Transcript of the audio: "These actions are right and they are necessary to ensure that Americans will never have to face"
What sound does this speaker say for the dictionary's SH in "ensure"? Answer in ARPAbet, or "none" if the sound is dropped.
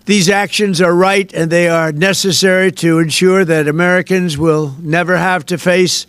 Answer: SH